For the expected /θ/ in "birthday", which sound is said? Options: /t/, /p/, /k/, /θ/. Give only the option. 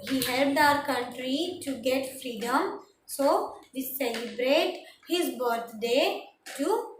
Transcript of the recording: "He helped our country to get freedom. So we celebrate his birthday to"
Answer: /t/